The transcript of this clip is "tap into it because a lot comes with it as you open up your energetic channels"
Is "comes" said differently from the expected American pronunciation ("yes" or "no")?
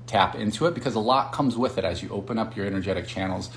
no